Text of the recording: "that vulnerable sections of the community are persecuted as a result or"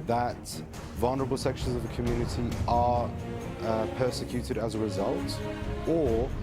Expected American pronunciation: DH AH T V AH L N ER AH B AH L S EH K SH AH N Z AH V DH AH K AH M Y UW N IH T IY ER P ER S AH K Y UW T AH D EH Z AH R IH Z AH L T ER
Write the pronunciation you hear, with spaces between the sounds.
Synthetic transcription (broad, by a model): DH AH T V AH L N ER AH B AH L S EH K SH AH N Z AH V DH AH K AH M Y UW N IH T IY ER P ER S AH K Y UW T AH D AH Z AH R IH Z AH L T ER